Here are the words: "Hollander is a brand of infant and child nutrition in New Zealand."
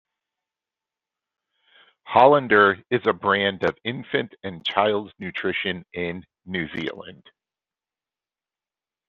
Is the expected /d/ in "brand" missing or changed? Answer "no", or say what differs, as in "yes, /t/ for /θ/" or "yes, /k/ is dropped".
no